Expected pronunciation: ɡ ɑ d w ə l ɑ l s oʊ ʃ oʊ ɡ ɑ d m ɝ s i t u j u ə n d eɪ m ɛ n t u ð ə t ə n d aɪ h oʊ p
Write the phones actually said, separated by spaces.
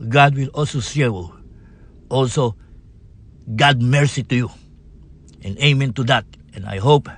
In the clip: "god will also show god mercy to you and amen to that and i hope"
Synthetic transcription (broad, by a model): ɡ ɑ d w ə l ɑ l s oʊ s oʊ ɡ ɑ d m ɝ s i t u j u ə n eɪ m ɛ n t u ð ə t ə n aɪ h oʊ p